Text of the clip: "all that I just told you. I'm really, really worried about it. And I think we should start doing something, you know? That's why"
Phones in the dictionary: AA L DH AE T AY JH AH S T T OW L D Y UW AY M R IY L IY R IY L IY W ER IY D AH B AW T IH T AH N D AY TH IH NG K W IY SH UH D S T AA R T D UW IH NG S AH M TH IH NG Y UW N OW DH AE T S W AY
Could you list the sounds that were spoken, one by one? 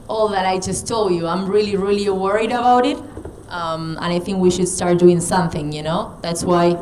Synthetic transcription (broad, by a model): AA L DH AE T AY JH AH S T T OW L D Y UW AY M R IY L IY R IY L IY W ER IY D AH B AW T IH T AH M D AY TH IH NG K W IY SH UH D S T AA R T D UW IH NG S AH M TH IH NG Y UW N OW DH AE T S W AY